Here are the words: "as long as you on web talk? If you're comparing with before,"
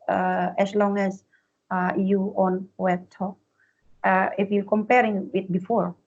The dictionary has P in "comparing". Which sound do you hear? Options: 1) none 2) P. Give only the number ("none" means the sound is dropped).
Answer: 2